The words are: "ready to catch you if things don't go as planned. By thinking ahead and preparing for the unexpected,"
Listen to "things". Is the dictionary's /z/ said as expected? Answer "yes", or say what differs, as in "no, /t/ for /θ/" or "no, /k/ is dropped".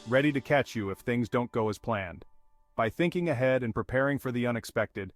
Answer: yes